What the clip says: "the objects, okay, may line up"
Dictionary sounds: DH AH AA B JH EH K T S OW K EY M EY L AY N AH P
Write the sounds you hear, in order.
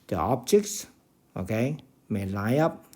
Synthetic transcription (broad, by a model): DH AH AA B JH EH K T S OW K EY M EY L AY AH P